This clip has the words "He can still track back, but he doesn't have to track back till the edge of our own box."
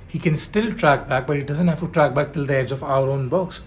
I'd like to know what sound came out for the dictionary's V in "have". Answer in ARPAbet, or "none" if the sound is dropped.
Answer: F